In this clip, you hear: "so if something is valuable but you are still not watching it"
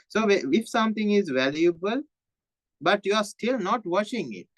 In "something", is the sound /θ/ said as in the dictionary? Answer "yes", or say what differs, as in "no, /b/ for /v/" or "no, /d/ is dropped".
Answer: no, /t/ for /θ/